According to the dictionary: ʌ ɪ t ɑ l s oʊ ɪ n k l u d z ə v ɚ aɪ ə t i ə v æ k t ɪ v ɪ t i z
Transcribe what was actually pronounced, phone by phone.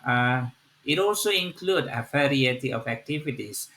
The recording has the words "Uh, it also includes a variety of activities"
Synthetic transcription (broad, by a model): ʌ ɪ t ɑ l s oʊ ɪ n k l u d ə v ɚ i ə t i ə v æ k t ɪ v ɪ t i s